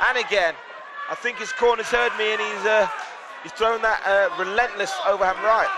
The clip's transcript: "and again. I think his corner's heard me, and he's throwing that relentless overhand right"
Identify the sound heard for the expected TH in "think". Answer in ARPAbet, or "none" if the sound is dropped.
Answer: TH